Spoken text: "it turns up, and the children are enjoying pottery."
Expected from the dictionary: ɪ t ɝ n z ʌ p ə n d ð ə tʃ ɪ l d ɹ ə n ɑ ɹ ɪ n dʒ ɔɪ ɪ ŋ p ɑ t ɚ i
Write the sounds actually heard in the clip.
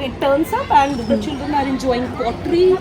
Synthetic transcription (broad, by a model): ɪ t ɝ n s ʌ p ə n d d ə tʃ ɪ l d ə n ɑ ɹ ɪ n dʒ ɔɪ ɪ ŋ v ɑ t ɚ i